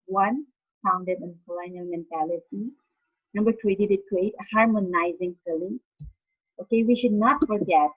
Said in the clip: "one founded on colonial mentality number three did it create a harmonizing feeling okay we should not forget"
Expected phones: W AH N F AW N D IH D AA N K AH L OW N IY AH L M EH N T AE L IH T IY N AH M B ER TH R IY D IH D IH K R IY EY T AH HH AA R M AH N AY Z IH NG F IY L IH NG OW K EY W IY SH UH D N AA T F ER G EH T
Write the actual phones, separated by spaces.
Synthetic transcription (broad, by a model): W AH N F AW N D IH D AA N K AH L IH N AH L M EH N T AE L IH T IY N AH M B ER T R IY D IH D IH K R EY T AH HH AA R M AH N AY Z IH NG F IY L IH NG OW K EY W IY SH UH D N AA T F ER G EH T